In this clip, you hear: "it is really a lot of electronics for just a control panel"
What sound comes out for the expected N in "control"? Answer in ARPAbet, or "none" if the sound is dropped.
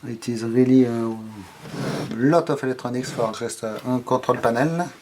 none